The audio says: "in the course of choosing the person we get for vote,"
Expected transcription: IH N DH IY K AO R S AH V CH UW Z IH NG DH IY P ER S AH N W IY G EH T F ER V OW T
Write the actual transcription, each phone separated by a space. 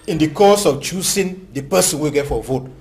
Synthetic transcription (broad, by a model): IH N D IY K AO S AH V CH UW S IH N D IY P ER S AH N W IY G EH T F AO V OW T